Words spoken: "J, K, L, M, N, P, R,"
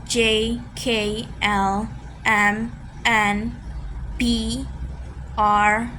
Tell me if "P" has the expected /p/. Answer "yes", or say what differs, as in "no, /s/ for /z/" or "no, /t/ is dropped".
no, /b/ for /p/